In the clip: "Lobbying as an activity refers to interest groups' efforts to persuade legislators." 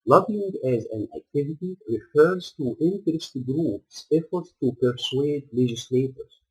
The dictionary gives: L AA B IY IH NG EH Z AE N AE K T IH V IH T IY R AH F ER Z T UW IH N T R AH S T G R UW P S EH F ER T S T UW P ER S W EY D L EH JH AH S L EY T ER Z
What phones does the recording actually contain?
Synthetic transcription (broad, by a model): L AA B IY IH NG EH Z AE N AE K T IH V IH T IY R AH F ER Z T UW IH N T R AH S T G R UW P S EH F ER T S T UW P ER S W EY D L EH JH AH S L EY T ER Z